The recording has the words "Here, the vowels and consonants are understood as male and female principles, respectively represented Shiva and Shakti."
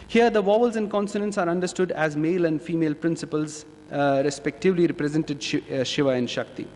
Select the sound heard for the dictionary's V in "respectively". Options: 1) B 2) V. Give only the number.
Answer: 2